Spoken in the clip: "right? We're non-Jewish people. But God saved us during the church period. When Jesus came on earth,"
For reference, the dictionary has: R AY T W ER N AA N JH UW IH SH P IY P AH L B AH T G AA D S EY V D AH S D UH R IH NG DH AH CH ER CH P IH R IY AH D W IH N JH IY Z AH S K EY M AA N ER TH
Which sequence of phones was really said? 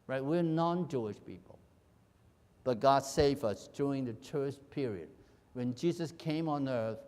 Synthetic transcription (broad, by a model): R AY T W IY N AA N JH UW IH SH P IY P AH L B AH T G AA D S EY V AH S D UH R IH NG DH AH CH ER S P IH R IY AH D W IH N JH IY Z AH S K EY M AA N ER TH